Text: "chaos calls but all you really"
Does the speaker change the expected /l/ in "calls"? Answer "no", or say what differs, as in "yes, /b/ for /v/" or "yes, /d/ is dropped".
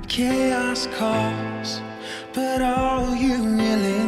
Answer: yes, /l/ is dropped